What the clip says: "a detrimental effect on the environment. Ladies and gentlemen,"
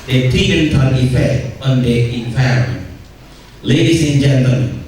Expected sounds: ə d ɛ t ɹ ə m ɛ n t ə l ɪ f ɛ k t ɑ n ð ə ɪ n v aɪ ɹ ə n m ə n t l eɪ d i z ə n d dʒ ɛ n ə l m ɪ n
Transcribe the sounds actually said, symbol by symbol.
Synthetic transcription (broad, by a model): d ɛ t ə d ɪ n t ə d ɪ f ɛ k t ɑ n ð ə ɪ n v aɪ ə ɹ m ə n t l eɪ d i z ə n dʒ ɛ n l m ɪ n